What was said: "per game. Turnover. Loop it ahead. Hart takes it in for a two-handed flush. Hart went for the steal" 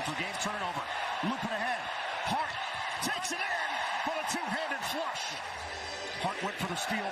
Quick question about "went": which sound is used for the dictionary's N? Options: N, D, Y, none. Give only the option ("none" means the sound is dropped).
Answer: none